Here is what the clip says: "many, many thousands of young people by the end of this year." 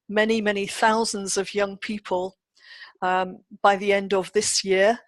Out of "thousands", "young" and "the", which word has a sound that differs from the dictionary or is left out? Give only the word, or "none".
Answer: none